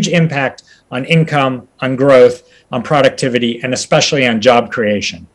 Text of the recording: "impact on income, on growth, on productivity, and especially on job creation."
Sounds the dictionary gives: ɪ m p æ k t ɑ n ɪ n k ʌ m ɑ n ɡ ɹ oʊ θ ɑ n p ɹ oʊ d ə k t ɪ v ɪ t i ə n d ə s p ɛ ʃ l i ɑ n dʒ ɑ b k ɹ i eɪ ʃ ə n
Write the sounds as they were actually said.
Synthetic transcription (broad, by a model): ɪ m p æ k t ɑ n ɪ n k ʌ m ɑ n ɡ ɹ oʊ θ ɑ n p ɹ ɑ d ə k t ɪ v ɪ t i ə n ə s p ɛ ʃ l i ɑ n dʒ ɑ b k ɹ i eɪ ʃ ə n